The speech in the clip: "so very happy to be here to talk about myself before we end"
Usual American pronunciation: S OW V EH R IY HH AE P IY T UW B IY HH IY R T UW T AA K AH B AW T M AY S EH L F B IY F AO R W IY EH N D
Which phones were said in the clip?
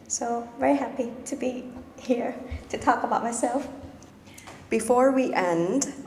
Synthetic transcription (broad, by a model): S OW V EH R IY HH AE P IY T UW B IY HH IY R T UW T AA K AH B AW T M AY S EH L F B IY F AO R W IY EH N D